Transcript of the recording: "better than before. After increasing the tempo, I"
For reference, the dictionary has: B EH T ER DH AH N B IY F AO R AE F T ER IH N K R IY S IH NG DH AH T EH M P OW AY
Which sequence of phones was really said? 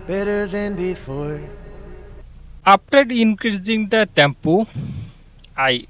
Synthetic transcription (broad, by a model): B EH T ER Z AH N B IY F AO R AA P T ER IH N K R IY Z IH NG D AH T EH M P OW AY